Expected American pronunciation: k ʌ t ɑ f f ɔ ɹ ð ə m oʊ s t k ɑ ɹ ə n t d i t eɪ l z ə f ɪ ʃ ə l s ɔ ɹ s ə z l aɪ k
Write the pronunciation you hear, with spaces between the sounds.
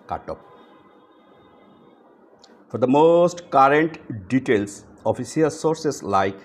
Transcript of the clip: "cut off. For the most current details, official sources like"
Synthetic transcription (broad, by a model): k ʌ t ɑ p f ɔ ɹ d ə m oʊ s t k ɑ ɹ ə n t d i t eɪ l s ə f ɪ s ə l s ɔ ɹ s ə s l aɪ k